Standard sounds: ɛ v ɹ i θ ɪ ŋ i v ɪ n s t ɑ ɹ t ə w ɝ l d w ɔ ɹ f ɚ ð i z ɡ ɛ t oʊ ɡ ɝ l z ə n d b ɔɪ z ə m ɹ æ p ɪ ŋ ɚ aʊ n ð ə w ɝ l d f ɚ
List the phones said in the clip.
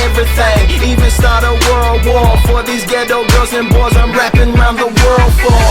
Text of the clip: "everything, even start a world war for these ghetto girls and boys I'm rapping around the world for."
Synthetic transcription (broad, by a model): ɛ v ɹ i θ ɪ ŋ i v ɪ n s t ɑ ɹ t ə w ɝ l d w ɔ ɹ f ɚ ð i z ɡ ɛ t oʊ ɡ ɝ z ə n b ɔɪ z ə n ɹ æ p ɪ ŋ ɚ aʊ n ð ə w ɝ l d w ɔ